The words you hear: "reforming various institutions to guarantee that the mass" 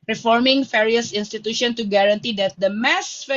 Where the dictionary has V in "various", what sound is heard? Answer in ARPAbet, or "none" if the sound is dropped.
F